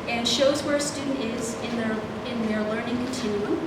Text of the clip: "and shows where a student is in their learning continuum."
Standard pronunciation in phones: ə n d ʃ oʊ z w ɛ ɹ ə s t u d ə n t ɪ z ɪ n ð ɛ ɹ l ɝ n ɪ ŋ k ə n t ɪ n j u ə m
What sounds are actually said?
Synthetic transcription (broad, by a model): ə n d ʃ oʊ z w ɛ ɹ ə s t u d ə n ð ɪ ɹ ɪ n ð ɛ ɹ l ɝ n ɪ ŋ k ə n t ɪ n j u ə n